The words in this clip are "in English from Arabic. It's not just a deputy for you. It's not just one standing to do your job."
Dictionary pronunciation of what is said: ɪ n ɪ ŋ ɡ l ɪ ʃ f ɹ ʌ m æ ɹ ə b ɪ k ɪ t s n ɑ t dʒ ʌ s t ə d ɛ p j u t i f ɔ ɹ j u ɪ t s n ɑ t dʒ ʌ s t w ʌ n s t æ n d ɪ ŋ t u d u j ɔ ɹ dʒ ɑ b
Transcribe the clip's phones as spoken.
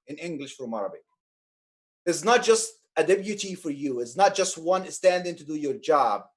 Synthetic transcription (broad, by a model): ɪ n ɪ ŋ ɡ l ɪ ʃ f ɹ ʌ m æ ɹ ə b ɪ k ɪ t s n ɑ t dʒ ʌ s t ə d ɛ b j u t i f ɔ ɹ j u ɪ t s n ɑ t dʒ ʌ s t w ʌ n s t æ n d ɪ ŋ t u d u j ɔ ɹ dʒ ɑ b